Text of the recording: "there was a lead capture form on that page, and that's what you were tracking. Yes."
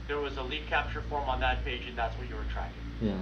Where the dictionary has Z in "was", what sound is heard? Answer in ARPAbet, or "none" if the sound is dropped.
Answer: Z